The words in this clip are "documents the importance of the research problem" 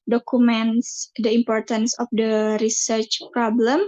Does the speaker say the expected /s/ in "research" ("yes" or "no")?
yes